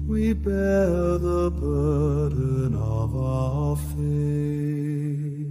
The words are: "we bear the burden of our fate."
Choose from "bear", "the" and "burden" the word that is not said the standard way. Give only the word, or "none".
burden